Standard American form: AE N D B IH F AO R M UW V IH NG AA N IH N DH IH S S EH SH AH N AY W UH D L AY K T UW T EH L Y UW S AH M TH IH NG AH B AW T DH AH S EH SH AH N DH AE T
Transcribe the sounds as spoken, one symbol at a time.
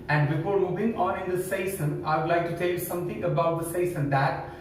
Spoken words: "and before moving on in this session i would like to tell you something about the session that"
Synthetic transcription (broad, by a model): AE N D B IH F AO R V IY B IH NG AA N IH N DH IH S S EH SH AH N AY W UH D L AY K T UW T EH L Y UW S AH M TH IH NG AH B AW T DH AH S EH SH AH N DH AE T